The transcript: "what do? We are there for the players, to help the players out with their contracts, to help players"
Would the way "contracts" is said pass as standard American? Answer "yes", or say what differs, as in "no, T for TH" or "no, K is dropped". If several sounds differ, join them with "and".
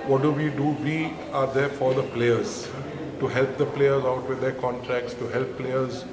yes